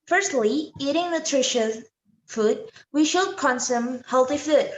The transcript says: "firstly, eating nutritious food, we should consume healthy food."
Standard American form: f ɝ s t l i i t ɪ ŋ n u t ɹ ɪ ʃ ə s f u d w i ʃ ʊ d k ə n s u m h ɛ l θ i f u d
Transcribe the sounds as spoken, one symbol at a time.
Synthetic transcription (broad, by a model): f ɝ s t l i i t ɪ ŋ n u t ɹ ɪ ʃ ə f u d w i ʃ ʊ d k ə n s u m h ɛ l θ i f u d